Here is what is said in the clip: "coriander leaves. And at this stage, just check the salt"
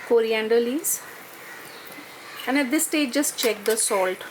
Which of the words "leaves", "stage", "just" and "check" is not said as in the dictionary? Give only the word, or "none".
leaves